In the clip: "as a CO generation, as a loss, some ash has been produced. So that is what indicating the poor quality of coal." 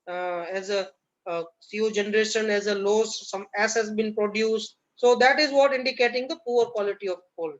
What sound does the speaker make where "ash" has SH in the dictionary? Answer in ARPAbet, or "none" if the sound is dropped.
S